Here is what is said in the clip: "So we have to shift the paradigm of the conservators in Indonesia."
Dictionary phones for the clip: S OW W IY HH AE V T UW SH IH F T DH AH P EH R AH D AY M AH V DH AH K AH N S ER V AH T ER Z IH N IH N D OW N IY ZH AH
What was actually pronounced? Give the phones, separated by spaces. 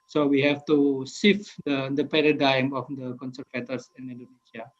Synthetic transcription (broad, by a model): S OW W IY HH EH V T UW S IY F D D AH P EH R AH D AY M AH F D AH K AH N S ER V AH T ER S IH N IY N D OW N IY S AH